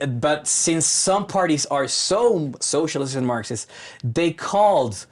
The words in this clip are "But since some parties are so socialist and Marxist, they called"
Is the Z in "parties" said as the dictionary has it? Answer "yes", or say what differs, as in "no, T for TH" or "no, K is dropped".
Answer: yes